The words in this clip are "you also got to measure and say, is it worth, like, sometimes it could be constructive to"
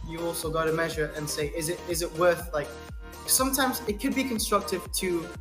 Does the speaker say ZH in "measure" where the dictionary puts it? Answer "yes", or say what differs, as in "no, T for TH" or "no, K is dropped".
yes